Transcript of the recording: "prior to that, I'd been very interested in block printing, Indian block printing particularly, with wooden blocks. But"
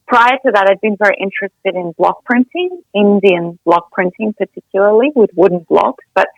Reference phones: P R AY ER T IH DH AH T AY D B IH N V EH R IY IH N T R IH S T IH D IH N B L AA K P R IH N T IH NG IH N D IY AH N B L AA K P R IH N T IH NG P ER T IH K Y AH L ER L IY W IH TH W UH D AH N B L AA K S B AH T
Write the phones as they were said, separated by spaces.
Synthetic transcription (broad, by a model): P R AY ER T IH DH AH T AY D B IH N V EH R IY IH N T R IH S T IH D IH N B L AA K P R IH N T IH NG IH N D IY AH N B L AA K P R IH N T IH NG P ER T IH K Y L ER L IY W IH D W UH D N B L AA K B AH T